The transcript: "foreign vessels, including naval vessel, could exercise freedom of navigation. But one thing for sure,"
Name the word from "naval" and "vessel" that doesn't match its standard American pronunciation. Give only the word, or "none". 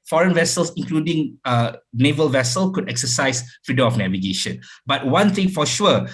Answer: none